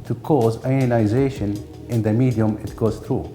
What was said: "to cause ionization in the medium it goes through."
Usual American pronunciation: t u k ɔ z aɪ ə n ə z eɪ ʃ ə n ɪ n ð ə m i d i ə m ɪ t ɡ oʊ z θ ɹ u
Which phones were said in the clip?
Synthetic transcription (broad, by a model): t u k ɔ z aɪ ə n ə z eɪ ʃ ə n ɪ n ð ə m i d i ə m ɪ t ɡ oʊ z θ ɹ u